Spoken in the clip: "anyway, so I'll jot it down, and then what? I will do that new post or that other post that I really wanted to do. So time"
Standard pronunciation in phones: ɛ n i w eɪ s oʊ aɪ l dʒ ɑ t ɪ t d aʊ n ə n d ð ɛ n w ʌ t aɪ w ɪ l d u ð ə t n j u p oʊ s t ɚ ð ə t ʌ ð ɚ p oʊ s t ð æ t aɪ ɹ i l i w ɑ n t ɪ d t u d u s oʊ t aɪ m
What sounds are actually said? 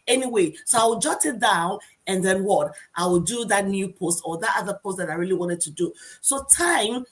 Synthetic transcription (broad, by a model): ɛ n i w eɪ s oʊ aɪ w dʒ ɑ t ɪ t d aʊ n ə n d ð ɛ n w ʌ t aɪ w ɪ l d u ð ə t n j u p oʊ s t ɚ ð ə t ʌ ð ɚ p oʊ s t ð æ t aɪ ɹ i l i w ɑ n t ɪ d t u d u s oʊ t aɪ m